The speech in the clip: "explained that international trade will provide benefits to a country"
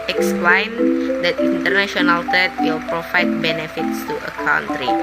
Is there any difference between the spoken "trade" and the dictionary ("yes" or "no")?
yes